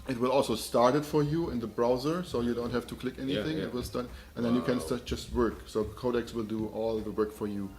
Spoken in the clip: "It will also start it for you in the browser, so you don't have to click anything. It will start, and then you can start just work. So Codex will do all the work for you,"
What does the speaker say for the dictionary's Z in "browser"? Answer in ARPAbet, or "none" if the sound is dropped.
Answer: Z